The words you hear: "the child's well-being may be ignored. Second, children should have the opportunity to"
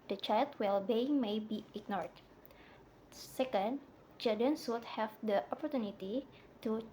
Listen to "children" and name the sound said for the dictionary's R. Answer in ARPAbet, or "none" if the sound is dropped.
none